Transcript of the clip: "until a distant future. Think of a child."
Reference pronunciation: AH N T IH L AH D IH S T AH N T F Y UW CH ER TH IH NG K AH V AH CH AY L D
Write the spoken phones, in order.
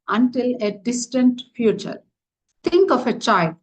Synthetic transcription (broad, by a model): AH N T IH L AH D IH S T AH N T F Y UW CH ER T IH NG K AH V AH CH AY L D